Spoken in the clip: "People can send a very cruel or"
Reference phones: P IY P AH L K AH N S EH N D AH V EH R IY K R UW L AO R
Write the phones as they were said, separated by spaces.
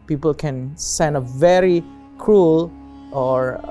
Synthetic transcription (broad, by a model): P IY P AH L K AH N S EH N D AH V EH R IY K R UW L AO R